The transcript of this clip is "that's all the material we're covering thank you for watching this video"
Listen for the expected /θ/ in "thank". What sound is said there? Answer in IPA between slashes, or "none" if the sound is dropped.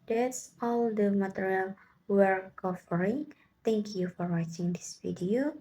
/t/